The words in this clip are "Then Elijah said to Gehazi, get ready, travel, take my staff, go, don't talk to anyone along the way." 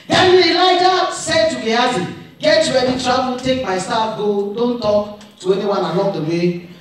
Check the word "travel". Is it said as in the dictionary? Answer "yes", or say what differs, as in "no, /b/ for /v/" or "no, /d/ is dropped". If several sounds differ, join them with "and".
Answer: no, /b/ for /v/